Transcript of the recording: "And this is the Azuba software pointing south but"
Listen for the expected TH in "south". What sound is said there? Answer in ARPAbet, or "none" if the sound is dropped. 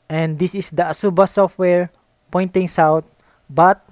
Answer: T